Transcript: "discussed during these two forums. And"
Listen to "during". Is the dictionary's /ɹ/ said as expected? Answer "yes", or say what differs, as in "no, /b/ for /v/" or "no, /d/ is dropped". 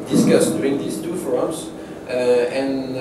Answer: no, /ɹ/ is dropped